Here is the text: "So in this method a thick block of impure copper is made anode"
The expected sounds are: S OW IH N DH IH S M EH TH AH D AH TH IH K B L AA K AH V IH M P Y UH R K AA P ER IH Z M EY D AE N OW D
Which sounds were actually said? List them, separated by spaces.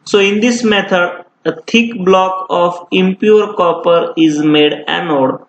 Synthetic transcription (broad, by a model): S OW IH N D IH S M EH T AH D AH T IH K B L AA K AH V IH M P Y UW R K AA P ER IH Z M EY D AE N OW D